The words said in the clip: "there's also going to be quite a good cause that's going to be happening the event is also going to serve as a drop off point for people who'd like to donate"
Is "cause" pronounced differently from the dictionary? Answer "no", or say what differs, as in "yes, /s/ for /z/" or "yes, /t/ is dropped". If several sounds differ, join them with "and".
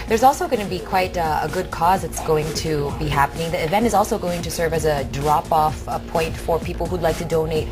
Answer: no